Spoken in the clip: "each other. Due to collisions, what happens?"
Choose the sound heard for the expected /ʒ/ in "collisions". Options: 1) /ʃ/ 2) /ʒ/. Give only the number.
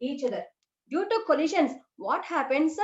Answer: 1